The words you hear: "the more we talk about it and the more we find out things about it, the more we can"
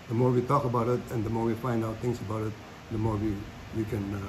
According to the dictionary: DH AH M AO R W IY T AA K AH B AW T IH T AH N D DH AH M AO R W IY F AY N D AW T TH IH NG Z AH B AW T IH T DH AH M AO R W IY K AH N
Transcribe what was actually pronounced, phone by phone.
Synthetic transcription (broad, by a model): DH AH M AO R W IY T AA K AH B AW T IH T AH N D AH M AO R W IY F AY N D AW T T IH NG S AH B AW T IH T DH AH M AO R W IY K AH N